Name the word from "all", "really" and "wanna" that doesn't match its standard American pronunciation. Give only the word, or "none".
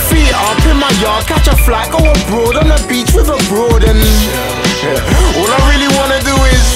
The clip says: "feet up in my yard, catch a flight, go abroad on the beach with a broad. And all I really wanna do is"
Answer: none